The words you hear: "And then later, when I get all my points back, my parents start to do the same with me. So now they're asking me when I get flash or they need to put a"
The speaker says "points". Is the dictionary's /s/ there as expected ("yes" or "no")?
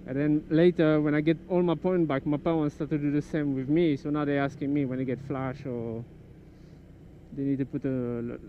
no